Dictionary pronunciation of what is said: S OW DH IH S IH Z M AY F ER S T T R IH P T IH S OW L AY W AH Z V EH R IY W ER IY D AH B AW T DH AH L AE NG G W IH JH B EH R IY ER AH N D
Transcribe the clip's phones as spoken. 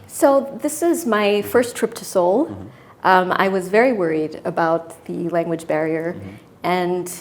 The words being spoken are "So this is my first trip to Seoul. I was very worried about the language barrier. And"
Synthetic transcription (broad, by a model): S OW DH IH S IH Z M AY F ER S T T R IH P T IH S OW L AY W AH Z V EH R IY W ER IY D AH B AW T DH AH L AE NG G W IH JH B EH R IY ER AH N